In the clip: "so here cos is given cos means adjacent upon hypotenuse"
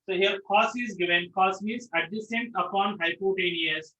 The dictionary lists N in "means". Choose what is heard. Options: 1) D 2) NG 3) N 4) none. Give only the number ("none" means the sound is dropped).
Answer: 4